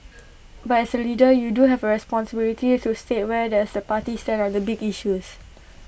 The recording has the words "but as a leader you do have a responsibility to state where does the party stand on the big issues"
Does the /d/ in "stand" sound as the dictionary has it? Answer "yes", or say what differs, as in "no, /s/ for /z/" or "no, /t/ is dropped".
no, /d/ is dropped